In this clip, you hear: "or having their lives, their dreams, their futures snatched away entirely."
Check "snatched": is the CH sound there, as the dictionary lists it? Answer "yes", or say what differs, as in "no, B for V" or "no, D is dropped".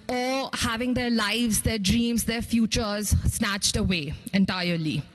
yes